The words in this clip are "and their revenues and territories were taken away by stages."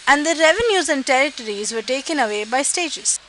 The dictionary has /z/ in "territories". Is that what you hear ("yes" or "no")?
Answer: yes